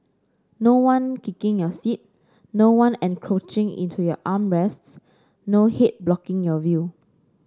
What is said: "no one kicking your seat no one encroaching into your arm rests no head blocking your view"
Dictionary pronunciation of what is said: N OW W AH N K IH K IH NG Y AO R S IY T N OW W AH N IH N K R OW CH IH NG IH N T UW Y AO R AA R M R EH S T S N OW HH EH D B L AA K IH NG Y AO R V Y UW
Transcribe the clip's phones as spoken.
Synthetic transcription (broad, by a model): N OW W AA N K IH K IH NG Y AO S IY T N OW W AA N IH N K R OW CH IH NG IH N T UW Y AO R AA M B R EH S T S N OW HH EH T B L AA K IH NG Y AO V Y UW